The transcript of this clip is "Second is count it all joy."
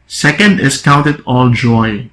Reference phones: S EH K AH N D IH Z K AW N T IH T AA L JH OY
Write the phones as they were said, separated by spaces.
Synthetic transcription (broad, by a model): S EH K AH N D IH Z K AW N T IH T AA L JH OY